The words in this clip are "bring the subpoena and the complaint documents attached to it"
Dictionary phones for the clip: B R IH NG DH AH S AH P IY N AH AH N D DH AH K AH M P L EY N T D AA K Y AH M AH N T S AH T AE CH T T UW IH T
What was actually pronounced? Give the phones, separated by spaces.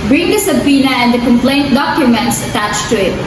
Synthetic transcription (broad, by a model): B R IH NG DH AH S AH P IY N AH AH N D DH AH K AH M P L EY N T D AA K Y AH M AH N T S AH T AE CH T T UW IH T